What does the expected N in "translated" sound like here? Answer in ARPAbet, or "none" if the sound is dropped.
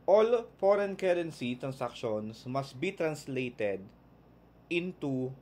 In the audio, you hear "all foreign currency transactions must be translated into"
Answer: N